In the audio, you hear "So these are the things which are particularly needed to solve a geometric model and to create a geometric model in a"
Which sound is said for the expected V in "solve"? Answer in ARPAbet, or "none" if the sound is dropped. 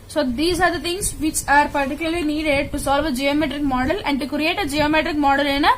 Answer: V